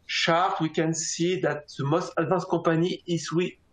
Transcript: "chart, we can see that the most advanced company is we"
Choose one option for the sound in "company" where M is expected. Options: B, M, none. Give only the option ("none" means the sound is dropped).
none